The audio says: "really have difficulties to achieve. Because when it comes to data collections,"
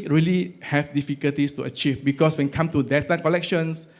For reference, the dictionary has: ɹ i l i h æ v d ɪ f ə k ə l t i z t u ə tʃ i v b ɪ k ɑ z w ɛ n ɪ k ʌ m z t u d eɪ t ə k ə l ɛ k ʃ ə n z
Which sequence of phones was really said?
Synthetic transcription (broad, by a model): ɹ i l i h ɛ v d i f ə k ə l t i s t u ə tʃ i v b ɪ k ɑ s w ɛ n k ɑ m t u d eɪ t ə k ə l ɛ k ʃ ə n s